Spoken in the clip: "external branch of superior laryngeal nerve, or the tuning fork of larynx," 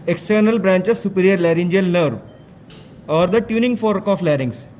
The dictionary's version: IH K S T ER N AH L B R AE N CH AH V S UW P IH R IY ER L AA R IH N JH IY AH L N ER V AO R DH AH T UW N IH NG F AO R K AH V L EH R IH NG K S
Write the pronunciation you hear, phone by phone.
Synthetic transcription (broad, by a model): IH K S T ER N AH L B R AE N CH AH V S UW P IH R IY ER L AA R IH N JH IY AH L N ER V AO R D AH T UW N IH NG F AO R K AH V L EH R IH NG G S